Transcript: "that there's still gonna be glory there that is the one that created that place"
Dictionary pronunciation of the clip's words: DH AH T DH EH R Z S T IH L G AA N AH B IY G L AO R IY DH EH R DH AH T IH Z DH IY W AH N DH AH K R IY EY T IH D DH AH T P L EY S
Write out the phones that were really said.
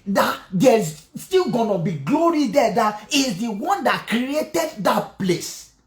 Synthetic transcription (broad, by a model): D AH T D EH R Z S T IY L G AA N AH B IY G L AO R IY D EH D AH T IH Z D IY W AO N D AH K R IY EY T IH D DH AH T P L EY S